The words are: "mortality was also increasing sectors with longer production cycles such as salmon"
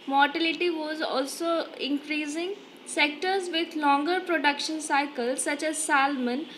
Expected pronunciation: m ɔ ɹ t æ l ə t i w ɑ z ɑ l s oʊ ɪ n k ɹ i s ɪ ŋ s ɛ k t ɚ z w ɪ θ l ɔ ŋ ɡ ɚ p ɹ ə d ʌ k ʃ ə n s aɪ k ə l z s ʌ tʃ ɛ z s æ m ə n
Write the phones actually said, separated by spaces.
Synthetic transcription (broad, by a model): m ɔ ɹ t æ l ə t i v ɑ z ɑ l s oʊ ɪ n k ɹ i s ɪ ŋ s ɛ k t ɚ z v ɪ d l ɔ ŋ ɡ ɚ p ɹ ə d ʌ k ʃ ə n s aɪ k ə l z s ʌ tʃ ɛ z s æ m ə n